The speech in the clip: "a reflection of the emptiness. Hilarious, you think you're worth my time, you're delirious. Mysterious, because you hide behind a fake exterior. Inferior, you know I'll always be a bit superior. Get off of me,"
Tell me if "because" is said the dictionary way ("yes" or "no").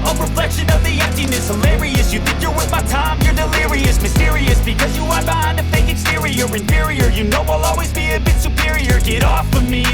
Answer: yes